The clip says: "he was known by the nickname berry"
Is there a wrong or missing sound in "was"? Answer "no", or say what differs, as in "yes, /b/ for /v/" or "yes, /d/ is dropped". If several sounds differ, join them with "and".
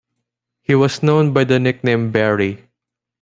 yes, /s/ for /z/